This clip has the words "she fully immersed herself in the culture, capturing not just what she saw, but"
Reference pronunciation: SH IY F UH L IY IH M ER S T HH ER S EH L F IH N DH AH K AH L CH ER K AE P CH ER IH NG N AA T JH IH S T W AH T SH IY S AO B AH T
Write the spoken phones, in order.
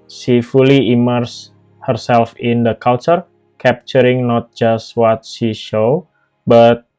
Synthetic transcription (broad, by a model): SH IY F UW L IY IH M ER S HH ER S EH L F IH N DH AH K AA L CH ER K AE P CH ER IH NG N AA T JH IH S T W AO T SH IY SH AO B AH T